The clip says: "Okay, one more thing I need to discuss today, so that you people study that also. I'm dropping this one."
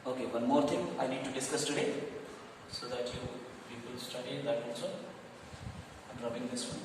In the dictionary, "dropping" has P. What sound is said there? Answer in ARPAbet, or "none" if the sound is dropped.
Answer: B